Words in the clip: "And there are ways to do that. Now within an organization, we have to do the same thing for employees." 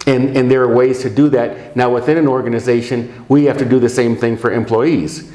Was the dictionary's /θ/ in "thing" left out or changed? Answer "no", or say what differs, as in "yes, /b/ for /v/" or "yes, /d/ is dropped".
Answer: no